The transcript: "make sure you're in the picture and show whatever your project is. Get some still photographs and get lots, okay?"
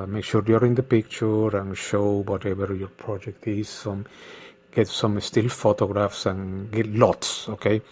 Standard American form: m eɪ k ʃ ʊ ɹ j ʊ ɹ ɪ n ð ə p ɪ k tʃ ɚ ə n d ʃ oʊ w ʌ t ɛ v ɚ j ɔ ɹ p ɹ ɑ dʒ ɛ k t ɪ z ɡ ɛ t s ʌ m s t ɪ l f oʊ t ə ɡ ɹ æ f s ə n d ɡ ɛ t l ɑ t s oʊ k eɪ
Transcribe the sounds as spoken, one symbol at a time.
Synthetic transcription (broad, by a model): m eɪ k ʃ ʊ ɹ j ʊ ɹ ɪ n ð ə p ɪ k tʃ ɚ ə n ʃ oʊ w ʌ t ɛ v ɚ j ɔ ɹ p ɹ ɑ dʒ ɛ k t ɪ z ɡ ɛ t s ʌ m s t ɪ l f oʊ t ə ɡ ɹ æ f s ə n ɡ ɛ t l ɑ t s oʊ k eɪ